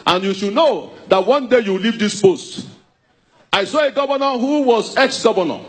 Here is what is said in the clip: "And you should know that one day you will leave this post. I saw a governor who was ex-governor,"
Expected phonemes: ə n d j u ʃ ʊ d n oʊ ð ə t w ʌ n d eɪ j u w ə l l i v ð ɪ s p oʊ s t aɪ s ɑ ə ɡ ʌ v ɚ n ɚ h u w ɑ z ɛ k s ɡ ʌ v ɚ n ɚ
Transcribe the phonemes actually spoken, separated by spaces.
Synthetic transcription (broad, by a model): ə n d j u ʃ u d n oʊ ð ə t w ʌ n d eɪ j u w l l i v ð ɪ s p oʊ s t aɪ s ɑ ə ɡ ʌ v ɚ n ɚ h u w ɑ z ɛ k s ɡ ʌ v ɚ n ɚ